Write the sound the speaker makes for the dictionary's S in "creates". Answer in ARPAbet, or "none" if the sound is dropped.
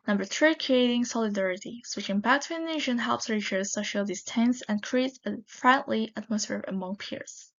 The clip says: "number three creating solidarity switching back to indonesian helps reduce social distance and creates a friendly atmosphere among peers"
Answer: none